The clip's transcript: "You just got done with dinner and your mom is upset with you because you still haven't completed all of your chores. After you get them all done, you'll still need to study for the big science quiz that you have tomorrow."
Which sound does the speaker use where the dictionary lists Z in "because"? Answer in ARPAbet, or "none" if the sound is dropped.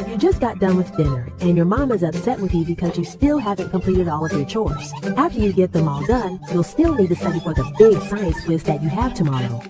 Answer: Z